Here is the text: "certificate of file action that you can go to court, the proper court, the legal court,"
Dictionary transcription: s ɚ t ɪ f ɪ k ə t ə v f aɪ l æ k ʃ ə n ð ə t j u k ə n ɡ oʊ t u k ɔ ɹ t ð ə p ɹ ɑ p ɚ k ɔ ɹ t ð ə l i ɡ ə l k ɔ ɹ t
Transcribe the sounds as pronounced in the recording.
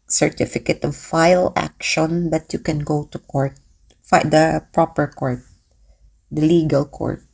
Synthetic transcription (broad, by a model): s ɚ t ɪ f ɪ k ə t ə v f aɪ l æ k ʃ ə n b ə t j u k ə n ɡ oʊ t u k ɔ ɹ t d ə p ɹ ɑ p ɚ k ɔ ɹ t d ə l i ɡ ə l k ɔ ɹ t